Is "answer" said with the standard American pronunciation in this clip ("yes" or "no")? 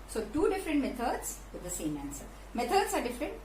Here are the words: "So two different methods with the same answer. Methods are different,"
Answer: yes